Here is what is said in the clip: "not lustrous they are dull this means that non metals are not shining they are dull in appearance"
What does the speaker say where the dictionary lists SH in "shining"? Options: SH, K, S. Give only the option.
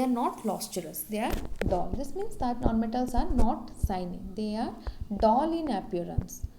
S